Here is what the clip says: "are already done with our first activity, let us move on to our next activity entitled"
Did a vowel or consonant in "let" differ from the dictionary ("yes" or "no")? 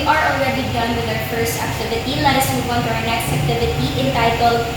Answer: yes